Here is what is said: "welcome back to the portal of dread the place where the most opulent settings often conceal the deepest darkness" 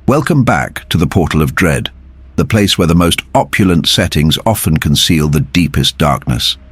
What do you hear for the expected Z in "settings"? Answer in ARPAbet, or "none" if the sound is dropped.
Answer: Z